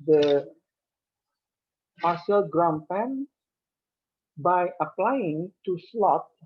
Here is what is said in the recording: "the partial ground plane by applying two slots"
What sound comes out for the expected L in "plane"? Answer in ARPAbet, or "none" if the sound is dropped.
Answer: none